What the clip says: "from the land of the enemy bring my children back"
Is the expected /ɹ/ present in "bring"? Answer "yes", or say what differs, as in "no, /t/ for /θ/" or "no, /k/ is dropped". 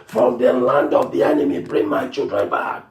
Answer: yes